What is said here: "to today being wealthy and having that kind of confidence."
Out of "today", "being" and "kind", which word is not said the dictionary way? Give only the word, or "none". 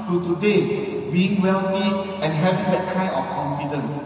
kind